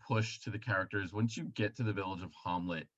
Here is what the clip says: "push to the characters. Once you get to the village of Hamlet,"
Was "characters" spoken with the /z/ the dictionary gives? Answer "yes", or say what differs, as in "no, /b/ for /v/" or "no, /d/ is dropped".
yes